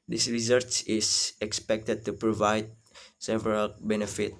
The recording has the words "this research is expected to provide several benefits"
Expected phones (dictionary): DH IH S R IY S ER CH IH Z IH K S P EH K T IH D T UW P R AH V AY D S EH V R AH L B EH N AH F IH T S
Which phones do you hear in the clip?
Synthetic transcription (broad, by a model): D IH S R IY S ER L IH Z IH K S P EH K T IH D T UW P R AH V AY D S EH V R AH L B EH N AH F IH T